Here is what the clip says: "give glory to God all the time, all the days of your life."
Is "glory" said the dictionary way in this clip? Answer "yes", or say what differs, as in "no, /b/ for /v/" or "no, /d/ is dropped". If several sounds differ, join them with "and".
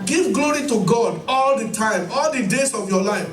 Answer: yes